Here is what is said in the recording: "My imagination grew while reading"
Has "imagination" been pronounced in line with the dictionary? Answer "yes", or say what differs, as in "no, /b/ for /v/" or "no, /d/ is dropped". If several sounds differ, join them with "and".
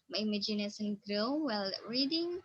no, /s/ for /ʃ/